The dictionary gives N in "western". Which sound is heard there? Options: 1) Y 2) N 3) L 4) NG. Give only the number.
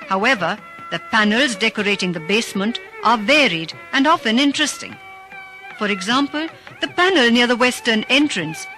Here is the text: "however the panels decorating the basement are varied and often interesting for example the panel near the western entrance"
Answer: 2